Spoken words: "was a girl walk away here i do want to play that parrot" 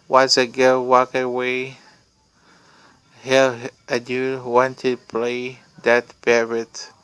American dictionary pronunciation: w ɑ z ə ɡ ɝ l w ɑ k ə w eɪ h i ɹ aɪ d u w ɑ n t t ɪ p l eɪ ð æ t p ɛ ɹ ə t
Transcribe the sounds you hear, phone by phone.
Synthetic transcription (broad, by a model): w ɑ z ə ɡ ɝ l w ɑ k ə w eɪ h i l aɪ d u w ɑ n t t ɪ p l eɪ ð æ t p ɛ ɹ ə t